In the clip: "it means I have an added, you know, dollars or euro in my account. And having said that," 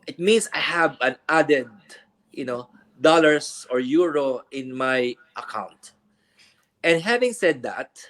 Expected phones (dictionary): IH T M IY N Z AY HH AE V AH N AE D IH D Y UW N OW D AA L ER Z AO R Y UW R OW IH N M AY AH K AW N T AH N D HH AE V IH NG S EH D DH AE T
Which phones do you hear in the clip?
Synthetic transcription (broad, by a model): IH T M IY N S AY HH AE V AH N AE D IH D Y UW N OW D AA L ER S AO R Y UW R OW IH N M AY AH K AW N T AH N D HH AE V IH NG S EH D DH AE T